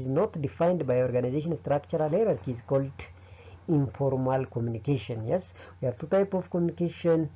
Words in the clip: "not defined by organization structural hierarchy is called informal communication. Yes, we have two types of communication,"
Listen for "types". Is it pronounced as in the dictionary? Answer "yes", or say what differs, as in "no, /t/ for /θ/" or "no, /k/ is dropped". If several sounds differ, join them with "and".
no, /s/ is dropped